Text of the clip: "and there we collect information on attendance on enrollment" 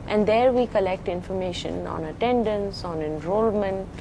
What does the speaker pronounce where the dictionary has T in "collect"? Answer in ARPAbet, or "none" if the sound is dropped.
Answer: T